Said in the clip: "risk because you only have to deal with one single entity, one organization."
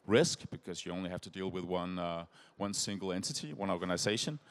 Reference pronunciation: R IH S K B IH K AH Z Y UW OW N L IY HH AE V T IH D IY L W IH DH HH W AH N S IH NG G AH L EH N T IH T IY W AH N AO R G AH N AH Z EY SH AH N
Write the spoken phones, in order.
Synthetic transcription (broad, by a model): R IH S K B IH K AH Z Y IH OW N L IY HH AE F T IH D IY L W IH DH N W AH N S IH NG G L EH N T IH T IY W AH N AO R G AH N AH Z EY SH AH N